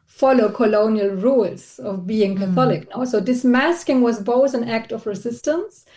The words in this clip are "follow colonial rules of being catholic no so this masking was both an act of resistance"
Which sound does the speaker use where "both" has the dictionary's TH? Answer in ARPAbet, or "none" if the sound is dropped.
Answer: TH